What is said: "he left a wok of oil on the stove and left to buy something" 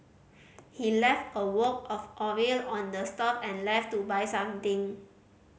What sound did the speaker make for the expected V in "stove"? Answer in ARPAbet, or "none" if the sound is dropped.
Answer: P